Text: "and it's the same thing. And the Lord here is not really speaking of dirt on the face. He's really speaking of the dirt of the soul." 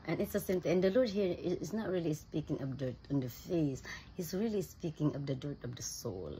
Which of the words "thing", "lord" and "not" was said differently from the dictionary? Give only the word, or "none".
thing